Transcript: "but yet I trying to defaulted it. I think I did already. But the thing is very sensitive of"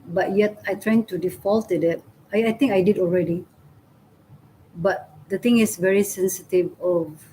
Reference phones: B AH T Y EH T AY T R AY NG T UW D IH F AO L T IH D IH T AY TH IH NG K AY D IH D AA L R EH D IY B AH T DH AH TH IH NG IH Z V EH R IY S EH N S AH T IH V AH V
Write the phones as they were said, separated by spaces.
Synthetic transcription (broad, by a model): B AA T Y EH T AY T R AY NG T UW D IH F AO L T IH D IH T AY T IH NG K AY D IH D AA L R EH D IY B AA T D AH T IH NG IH S V EH R IY S EH N S AH T IH V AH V